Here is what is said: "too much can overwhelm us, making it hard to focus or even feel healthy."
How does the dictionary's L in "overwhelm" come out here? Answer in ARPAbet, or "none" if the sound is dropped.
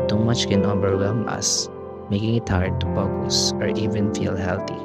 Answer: none